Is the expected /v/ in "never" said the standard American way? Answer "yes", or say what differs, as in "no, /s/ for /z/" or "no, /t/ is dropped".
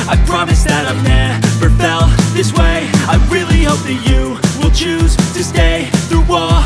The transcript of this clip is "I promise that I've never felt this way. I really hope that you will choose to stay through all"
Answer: no, /f/ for /v/